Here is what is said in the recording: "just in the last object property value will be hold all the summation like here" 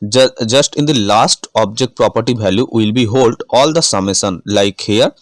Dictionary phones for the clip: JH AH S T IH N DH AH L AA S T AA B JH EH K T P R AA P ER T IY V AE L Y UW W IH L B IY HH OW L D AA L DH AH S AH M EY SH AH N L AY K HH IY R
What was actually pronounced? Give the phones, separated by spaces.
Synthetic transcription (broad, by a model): JH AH S T IH N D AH L AA S T AA B JH EH K T P R AA P ER T IY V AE L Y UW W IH L B IY HH OW L D AA L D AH S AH M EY S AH N L AY K HH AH R